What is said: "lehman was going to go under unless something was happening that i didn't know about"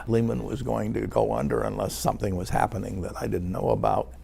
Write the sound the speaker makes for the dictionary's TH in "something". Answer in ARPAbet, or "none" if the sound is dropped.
TH